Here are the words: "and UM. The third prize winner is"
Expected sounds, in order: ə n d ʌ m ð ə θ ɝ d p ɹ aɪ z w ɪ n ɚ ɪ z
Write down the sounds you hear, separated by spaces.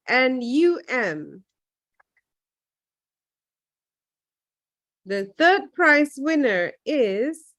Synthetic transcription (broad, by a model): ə n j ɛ m ð ə θ ɝ d p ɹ aɪ s w ɪ n ɚ ɪ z